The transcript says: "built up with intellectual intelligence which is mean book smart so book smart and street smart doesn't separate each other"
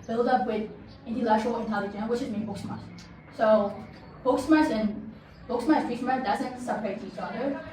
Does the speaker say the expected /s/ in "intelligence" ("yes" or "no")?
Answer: no